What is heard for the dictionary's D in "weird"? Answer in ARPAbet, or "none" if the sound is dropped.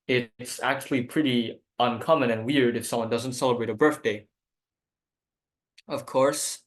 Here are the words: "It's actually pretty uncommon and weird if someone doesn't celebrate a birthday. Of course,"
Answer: D